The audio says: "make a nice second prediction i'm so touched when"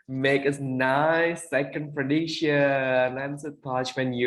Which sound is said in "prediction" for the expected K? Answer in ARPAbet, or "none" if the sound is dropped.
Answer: none